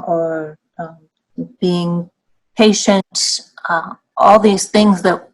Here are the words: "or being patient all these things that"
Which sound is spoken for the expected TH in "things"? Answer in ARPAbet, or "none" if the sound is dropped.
TH